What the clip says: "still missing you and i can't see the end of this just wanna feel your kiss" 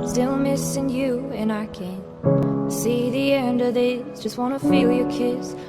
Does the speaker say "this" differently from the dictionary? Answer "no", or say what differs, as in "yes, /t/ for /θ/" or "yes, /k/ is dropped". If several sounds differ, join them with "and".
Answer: yes, /s/ is dropped